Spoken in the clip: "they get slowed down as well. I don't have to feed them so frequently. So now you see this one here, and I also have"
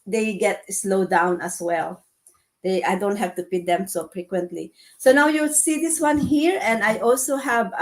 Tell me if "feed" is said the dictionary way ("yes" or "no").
no